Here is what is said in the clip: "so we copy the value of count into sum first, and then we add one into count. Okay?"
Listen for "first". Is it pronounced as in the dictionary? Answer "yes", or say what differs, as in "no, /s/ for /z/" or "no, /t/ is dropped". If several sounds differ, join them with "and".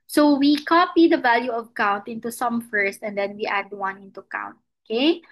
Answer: yes